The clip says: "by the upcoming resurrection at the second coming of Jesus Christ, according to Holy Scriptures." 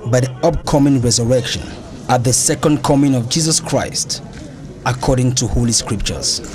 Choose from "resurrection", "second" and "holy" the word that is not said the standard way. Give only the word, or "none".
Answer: none